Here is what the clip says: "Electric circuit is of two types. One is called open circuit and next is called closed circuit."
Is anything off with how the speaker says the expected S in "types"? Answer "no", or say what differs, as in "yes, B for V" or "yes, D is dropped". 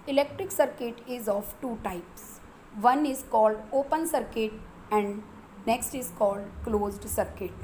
no